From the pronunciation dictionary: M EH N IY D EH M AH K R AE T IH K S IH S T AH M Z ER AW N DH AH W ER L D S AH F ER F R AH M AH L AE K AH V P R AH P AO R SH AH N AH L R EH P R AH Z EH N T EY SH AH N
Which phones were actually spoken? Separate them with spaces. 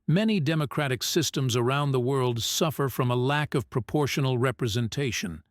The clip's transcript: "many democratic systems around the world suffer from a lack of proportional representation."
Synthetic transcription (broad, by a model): M EH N IY D EH M AH K R AE T IH K S IH S T AH M Z ER AW N DH AH W ER L D S AH F ER F R AH M AH L AE K AH V P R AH P AO R SH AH N L R EH P R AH Z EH N T EY SH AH N